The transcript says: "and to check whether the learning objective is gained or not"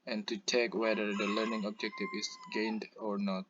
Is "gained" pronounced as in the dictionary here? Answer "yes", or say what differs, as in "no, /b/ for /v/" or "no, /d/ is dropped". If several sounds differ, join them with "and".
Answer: yes